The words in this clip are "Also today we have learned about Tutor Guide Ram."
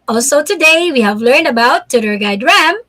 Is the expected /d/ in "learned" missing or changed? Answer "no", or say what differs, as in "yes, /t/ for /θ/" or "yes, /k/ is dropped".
no